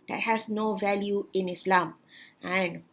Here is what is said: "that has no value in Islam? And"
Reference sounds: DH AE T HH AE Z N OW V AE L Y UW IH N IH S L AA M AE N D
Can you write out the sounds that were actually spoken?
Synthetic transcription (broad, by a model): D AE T HH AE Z N OW V AE L Y UW IH N IH S L AA M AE N D